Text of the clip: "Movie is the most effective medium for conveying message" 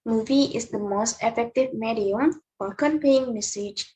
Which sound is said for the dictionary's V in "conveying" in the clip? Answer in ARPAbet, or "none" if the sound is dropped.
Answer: P